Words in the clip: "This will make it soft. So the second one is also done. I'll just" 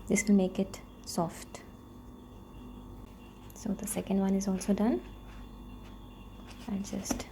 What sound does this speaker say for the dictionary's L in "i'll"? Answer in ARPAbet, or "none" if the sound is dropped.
N